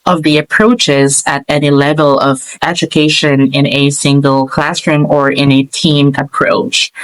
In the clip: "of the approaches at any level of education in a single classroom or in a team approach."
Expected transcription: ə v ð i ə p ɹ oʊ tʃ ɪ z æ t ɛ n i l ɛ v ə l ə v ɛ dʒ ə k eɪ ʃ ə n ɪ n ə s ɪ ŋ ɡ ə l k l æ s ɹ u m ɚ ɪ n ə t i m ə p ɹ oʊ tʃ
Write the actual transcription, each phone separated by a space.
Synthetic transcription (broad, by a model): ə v ð i ə p ɹ oʊ tʃ ɪ z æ t ɛ n i l ɛ v ə l ə v ɛ dʒ ə k eɪ ʃ ə n ɪ n ə s ɪ ŋ ɡ ə l k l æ s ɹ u m ɚ ɪ n ə t i m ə p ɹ oʊ tʃ